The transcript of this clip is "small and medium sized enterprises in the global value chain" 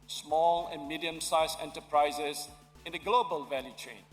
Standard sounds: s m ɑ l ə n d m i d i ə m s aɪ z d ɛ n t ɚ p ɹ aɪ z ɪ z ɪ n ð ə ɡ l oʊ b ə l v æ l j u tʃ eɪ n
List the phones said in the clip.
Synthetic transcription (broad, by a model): s m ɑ l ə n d m i d i ə m s aɪ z ɛ n t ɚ p ɹ aɪ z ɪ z ɪ n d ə ɡ l oʊ b ə l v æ l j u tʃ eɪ n